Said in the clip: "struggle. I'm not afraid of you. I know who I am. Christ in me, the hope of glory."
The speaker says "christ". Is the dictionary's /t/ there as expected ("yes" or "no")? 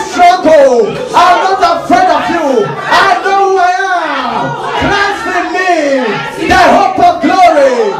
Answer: no